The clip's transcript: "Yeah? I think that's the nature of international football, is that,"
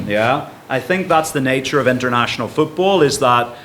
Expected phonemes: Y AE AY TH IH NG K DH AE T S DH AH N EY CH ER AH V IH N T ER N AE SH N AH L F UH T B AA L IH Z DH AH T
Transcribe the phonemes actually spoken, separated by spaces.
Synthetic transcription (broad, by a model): Y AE AY TH IH NG K DH AE T S DH AH N EY CH ER AH V IH N T ER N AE SH N L F UH T B AA L IH Z DH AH T